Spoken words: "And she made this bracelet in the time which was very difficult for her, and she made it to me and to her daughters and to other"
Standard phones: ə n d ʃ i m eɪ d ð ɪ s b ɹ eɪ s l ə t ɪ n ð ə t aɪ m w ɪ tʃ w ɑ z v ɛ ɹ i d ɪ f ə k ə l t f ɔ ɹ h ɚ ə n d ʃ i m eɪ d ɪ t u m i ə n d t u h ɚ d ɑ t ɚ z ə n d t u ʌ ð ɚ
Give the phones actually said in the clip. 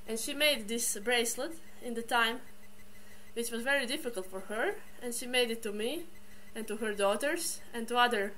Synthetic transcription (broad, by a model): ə n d ʃ i m eɪ d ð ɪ s b ɹ eɪ s l ə t ɪ n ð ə t aɪ m w ɪ tʃ w ɑ z v ɛ ɹ i d ɪ f ə k ə l t f ɔ ɹ h ɚ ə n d ʃ i m eɪ d ɪ t u m i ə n t u h ɚ d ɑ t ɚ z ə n t u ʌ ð ɚ